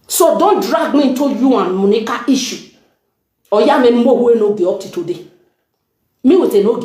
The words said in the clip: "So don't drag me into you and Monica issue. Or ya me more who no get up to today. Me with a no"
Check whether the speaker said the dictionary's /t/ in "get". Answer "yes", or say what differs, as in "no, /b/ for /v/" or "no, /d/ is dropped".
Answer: no, /t/ is dropped